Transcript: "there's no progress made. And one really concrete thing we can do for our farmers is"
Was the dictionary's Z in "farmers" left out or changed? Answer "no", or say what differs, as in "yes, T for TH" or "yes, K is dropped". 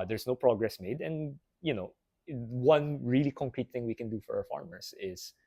yes, S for Z